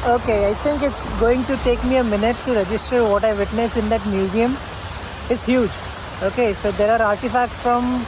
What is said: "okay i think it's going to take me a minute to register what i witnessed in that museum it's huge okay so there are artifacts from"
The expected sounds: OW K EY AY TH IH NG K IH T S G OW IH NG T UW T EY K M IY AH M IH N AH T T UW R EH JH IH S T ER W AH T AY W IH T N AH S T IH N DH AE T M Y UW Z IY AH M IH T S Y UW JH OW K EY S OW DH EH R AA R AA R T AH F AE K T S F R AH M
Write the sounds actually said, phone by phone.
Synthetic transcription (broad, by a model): OW K EY AY T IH NG K IH T S G OW IH NG T UW T EY K M IY AH M IH N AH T T UW R EH JH IH S T ER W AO T AY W IH T N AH S IH N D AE T M Y UW Z IY AH M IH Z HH Y UW JH OW K EY S OW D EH R AA R AA R T AH F AE K T S F R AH M